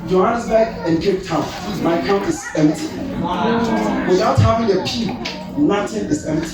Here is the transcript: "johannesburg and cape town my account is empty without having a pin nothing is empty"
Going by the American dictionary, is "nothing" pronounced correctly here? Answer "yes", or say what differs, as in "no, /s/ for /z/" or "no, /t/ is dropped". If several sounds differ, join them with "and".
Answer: no, /t/ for /θ/